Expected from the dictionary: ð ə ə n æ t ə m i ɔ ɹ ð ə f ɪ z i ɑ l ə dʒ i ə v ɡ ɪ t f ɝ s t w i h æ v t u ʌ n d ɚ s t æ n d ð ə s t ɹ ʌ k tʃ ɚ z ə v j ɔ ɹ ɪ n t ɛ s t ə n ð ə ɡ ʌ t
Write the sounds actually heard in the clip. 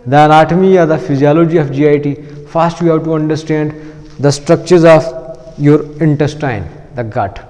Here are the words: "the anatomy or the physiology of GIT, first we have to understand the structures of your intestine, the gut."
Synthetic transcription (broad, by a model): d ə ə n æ t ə m i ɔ ɹ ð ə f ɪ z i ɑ l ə dʒ i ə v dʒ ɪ t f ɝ s t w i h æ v t u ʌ n d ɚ s t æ n d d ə s t ɹ ʌ k tʃ ɚ z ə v j ɔ ɹ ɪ n t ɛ s t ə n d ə ɡ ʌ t